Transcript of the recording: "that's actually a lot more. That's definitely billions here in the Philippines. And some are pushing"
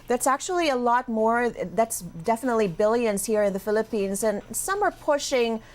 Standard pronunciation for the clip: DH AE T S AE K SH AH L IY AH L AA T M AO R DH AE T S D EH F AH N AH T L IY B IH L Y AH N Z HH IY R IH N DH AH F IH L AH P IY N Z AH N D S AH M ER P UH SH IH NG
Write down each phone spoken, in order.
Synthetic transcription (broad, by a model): DH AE T S AE K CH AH L IY AH L AA T M AO R DH AE T S D EH F AH N AH T L IY B IH L Y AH N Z HH IY R IH N DH AH F IH L AH P IY N Z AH N S AH M ER P UH SH IH NG